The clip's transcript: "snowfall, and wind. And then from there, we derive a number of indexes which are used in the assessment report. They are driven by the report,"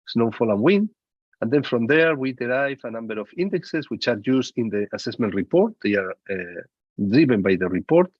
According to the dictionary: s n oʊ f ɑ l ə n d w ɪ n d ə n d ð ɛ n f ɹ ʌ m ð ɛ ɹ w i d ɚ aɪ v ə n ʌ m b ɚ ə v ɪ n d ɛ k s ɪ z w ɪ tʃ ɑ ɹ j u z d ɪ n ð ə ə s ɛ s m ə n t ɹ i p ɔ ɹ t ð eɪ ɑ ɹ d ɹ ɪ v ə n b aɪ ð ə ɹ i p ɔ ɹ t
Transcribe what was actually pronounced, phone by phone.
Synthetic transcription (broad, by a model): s n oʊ f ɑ l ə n w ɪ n ə n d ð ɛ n f ɹ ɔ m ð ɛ ɹ w i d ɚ aɪ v ə n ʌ m b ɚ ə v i n d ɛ k s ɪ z w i tʃ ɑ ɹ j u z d ɪ n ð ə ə s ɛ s m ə n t ɹ i p ɔ ɹ t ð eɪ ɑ ɹ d ɹ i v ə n b aɪ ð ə ɹ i p ɔ ɹ t